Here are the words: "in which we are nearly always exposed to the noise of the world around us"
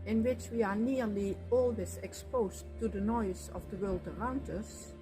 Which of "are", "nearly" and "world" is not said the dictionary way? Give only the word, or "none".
none